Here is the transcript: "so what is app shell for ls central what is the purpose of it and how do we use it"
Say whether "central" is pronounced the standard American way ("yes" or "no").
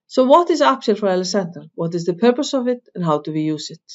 no